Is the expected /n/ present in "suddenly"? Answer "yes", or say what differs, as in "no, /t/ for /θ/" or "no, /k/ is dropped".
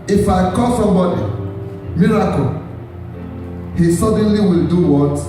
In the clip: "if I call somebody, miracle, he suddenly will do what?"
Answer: yes